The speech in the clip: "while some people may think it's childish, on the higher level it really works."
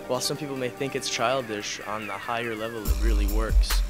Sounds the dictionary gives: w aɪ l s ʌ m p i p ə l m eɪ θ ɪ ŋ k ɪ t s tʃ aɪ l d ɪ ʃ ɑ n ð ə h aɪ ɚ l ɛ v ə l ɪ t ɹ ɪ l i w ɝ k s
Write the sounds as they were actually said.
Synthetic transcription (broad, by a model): w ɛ l s ʌ m p i p l m eɪ θ ɪ ŋ k ɪ t s tʃ aɪ l d ɪ ʃ n ð ə h aɪ ɚ l ɛ v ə l ɪ t ɹ ɪ l i w ɝ k s